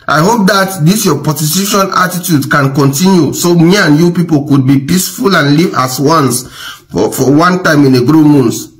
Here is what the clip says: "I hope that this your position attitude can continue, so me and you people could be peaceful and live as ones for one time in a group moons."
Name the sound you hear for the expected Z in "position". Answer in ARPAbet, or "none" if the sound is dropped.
S